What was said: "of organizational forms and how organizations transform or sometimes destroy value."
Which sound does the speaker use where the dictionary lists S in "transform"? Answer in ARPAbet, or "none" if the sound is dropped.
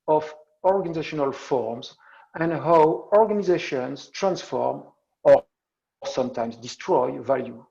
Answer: S